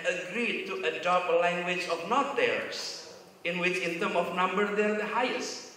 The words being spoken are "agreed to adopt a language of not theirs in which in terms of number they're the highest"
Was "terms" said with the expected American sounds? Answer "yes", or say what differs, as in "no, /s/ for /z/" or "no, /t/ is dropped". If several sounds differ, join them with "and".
no, /z/ is dropped